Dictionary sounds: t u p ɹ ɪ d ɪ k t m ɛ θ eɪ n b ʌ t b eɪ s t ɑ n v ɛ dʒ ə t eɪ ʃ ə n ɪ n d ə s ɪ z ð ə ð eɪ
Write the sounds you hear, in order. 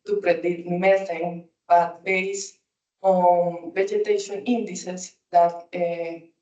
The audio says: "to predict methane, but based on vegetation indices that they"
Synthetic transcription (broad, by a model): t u p ɹ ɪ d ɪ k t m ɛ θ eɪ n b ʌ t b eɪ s ɑ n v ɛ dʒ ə t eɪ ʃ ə n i n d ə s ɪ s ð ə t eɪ